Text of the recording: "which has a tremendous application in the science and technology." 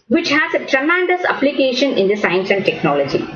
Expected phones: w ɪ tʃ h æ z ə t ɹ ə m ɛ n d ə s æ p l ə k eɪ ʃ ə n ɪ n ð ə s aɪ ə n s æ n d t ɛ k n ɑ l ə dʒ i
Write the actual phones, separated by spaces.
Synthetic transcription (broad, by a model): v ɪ tʃ h æ z ə t ɹ ə m ɛ n d ə s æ p l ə k eɪ ʃ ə n ɪ n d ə s aɪ ə n s æ n d t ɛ k n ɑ l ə dʒ i